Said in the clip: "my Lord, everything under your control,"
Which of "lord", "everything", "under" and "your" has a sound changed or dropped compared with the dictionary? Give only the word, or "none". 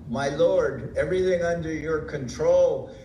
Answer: none